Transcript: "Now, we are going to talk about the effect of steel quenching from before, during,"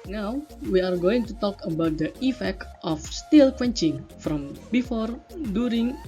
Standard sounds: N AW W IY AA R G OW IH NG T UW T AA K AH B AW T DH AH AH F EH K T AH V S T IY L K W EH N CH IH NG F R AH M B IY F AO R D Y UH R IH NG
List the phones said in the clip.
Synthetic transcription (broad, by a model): N AW W IY AA R G OW IH NG T UW T AA K AH B AW T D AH AH F EH K T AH F S T IY L K W EH N CH IH NG F R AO M B IY F AO R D Y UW R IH NG